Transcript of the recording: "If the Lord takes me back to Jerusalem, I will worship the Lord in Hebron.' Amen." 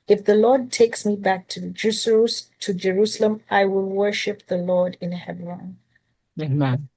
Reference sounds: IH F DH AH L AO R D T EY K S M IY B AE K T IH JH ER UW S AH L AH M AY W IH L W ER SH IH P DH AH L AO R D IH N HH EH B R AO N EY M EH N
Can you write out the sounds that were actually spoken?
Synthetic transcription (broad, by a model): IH F DH AH L AO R D T EY K S M IY B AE K T IH JH ER UW S AH L AH M AY W IH L W ER SH IH P DH AH L AO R D IH N HH EH B R AO N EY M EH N